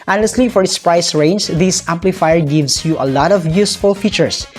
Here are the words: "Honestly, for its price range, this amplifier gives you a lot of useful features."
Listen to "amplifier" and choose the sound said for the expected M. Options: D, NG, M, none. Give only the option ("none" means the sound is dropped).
M